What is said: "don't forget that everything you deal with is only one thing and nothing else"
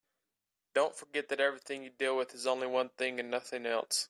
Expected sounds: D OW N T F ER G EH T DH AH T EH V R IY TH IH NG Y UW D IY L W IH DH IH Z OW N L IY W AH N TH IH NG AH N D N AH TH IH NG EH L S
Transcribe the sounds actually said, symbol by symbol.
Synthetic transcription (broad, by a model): D OW N T F ER G EH T DH AH T EH V R IY TH IH NG Y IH D IY L W IH DH IH Z OW N L IY W AH N TH IH NG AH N N AH TH IH NG EH L S